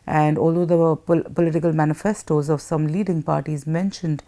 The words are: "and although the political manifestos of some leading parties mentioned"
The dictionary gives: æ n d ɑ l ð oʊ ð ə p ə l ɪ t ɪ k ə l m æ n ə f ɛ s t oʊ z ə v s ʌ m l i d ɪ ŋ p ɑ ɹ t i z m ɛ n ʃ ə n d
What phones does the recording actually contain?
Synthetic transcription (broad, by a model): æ n d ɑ l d oʊ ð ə p ə l ɪ t ɪ k ə l m æ n ə f ɛ s t oʊ z ə v s ʌ m l i d ɪ ŋ p ɑ ɹ t i z m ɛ n ʃ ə n d